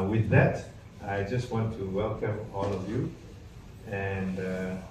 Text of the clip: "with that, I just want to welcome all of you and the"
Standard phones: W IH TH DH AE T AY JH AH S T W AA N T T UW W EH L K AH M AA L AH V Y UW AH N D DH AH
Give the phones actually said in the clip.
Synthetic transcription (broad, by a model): W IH DH AE T AY JH AH S T W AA N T T UW W EH L K AH M AA L AH V Y UW AH N D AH